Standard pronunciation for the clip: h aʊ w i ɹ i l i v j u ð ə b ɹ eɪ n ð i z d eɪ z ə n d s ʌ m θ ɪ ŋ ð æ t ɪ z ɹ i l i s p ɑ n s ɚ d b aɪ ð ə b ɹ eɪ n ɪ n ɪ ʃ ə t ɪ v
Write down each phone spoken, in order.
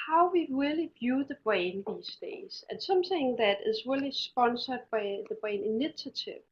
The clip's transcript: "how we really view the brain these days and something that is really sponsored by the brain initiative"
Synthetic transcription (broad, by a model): h aʊ w i ɹ i l i v j u ð ə b ɹ eɪ n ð i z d eɪ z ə n s ʌ m θ ɪ ŋ ð æ t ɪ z ɹ i l i s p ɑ n s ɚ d b aɪ ð ə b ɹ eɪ n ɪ n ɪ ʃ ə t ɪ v